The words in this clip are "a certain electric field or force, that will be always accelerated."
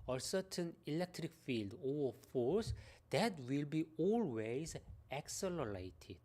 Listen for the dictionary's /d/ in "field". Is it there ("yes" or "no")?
yes